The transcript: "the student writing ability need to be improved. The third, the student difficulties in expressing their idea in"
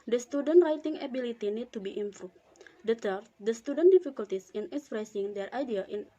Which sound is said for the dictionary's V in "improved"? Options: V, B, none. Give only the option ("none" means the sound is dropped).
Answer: none